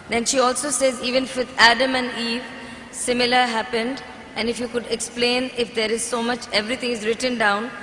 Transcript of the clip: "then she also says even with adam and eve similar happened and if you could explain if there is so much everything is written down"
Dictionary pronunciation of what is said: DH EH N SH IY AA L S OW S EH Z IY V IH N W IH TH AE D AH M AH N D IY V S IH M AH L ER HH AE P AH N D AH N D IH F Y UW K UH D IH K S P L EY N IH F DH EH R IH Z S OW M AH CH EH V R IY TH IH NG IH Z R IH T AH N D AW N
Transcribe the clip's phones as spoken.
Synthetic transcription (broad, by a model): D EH N SH IY AA L S OW S EH Z IY V IH N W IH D AE D AH M AH N D IY V S IH M AH L ER HH AE P AH N D AH N D IH F Y UW K UH D IH K S P L EY N IH F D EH R IH Z S OW M AH CH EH V R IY T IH NG IH Z R IH T AH N D AW N